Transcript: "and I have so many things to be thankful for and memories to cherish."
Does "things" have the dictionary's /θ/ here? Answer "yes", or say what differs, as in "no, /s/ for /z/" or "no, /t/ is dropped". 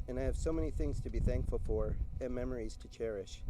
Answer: yes